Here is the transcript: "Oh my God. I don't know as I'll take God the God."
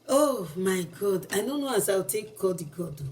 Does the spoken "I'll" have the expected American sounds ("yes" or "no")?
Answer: no